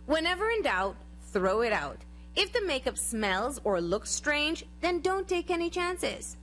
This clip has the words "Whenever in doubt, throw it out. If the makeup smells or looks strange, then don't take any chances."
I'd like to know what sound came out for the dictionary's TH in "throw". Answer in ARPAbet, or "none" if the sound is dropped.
TH